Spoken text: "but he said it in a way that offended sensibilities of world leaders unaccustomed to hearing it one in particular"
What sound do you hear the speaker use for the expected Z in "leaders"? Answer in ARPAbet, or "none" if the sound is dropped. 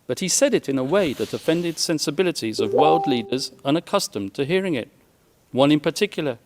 Z